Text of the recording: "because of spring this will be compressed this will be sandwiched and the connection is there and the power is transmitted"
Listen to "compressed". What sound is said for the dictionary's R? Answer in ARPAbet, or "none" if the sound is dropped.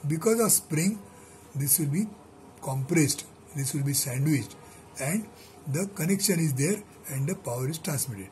R